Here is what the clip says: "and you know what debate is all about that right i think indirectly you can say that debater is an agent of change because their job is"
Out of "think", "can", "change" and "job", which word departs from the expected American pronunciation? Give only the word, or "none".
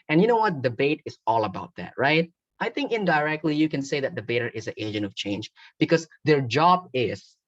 none